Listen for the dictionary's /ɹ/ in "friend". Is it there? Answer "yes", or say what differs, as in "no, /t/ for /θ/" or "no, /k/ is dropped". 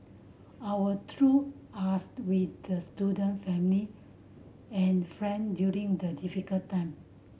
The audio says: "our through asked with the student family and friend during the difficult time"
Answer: yes